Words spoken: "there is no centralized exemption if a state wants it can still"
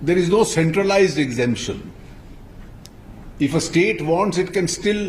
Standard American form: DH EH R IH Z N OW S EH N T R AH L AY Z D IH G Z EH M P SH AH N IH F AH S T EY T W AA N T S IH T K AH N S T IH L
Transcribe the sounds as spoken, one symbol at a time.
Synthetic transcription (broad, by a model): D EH R IH Z N OW S EH N T R AH L AY Z D IH G Z EH M P SH AH N IH F AH S T EY T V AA N T S IH T K AH N S T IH L